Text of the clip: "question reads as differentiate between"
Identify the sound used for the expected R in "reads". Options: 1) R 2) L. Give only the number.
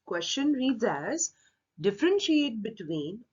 1